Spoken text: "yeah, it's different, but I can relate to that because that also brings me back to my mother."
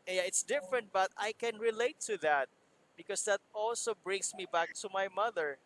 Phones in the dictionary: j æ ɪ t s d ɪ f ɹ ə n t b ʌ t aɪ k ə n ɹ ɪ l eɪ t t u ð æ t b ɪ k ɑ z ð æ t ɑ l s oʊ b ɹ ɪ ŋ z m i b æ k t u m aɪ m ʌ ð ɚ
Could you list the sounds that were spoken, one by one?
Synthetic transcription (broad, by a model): j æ ɪ t s d ɪ f ɹ ə n t b ʌ t aɪ k ə n ɹ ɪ l eɪ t t u ð æ t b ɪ k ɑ s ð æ t ɑ l s oʊ b ɹ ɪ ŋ s m i b æ k t u m aɪ m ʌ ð ɚ